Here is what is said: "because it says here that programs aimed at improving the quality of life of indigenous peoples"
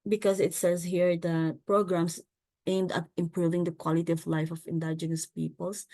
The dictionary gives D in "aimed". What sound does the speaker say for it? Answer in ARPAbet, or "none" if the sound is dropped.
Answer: D